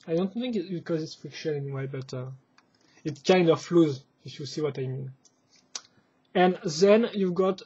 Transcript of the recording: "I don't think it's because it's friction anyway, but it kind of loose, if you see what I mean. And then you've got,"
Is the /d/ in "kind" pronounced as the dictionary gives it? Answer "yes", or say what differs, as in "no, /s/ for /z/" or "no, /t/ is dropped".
yes